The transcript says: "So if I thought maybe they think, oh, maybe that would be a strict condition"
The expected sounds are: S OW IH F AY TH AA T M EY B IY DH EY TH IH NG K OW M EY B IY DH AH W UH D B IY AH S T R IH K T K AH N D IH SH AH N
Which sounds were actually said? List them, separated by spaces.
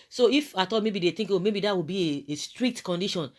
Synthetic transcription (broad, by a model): S OW IH F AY T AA M EY B IY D EY T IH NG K OW M EY B IY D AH W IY B IY AH S T R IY K T K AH N D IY SH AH N